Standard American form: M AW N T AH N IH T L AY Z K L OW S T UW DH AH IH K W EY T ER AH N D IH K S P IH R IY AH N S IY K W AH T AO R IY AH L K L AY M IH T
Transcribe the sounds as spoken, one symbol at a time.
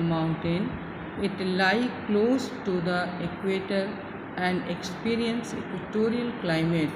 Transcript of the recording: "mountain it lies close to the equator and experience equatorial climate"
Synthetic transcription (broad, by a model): M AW N T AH N IH T L AY K L OW S T UW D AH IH K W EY T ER AH N D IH K S P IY R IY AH N S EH K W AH T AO R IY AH L K L AY M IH T